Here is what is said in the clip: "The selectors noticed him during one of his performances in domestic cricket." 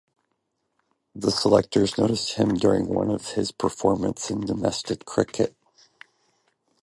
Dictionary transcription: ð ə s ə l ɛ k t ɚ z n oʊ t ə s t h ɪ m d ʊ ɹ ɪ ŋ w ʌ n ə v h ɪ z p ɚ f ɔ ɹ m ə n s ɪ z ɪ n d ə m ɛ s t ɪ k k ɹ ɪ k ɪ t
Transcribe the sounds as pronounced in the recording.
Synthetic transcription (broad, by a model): ð ə s ə l ɛ k t ɚ z n oʊ t ə s t h ɪ m d ʊ ɹ ɪ ŋ w ʌ n ə v ɪ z p ɚ f ɔ ɹ m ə n s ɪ ɪ n d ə m ɛ s t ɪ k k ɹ ɪ k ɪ t